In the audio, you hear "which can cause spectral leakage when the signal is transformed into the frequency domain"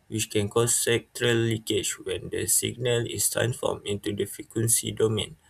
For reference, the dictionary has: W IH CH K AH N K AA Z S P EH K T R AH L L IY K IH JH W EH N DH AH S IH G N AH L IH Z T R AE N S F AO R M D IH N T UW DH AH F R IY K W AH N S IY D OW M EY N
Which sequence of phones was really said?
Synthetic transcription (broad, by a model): W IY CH K AH N K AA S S EH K T R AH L L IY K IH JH W EH N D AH S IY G N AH L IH S T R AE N S F AO M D IH N T UW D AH F IY K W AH N S IY D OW M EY N